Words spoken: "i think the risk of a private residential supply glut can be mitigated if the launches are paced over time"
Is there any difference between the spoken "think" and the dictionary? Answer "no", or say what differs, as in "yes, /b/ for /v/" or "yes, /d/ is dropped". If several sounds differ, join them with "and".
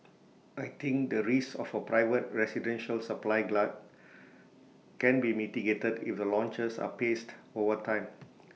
yes, /t/ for /θ/